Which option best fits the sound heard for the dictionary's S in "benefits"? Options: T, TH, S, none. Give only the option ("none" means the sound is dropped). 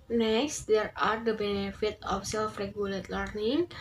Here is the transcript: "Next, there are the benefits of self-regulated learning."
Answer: none